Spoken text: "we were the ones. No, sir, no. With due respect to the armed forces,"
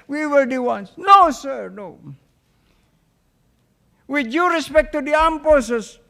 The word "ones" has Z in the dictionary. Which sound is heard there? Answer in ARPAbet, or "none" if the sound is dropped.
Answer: S